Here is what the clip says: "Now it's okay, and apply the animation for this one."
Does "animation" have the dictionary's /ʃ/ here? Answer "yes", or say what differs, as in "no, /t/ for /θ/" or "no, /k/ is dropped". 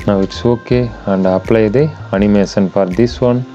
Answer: no, /s/ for /ʃ/